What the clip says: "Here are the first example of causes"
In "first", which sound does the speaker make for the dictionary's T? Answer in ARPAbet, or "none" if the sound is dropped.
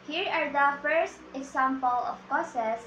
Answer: T